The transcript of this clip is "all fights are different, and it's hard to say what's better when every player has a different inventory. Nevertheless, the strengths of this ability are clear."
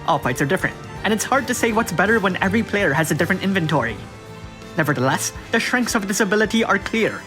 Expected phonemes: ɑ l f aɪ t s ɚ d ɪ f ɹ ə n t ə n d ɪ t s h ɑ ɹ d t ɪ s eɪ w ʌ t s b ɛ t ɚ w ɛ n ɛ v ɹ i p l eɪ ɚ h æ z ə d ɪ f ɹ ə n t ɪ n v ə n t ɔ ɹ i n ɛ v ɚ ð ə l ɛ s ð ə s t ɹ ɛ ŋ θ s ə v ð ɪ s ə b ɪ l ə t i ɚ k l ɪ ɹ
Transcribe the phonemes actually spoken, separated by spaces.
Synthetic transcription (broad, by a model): ɑ l p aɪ t s ɚ d ɪ f ɹ ə n t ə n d ɪ t s h ɑ ɹ d t ɪ s eɪ w ʌ t s b ɛ t ɚ w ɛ n ɛ v ɹ i p l eɪ ɚ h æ z ə d ɪ f ɹ ə n t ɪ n v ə n t ɔ ɹ i n ɛ v ɚ ð ə l ɛ s ð ə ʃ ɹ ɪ ŋ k s ə v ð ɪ s ə b ɪ l ə t i ɚ k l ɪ ɹ